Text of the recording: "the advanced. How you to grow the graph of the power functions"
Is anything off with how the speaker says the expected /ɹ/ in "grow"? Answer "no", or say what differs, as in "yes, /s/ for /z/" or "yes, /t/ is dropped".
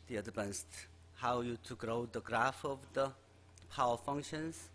no